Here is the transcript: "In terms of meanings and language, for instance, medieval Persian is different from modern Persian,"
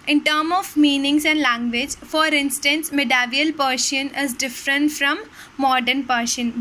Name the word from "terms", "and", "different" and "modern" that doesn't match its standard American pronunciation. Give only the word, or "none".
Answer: terms